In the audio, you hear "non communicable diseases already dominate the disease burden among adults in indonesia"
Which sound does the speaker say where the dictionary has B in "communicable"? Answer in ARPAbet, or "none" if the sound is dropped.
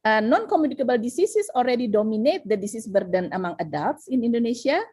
B